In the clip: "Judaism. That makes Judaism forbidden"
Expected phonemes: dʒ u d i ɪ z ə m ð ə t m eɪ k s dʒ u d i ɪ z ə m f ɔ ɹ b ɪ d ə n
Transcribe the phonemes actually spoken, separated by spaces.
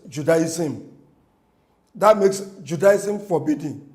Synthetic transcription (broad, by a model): dʒ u d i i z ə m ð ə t m eɪ k s dʒ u d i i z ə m f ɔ b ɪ d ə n